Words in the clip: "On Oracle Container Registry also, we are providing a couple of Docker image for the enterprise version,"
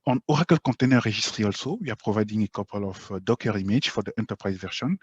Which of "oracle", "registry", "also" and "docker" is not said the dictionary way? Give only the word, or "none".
registry